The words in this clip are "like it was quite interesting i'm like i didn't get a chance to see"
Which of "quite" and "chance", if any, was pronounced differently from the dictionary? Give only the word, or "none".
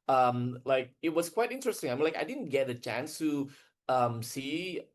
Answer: none